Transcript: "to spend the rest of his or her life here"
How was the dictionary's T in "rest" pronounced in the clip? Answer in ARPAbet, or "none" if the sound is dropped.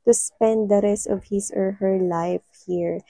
none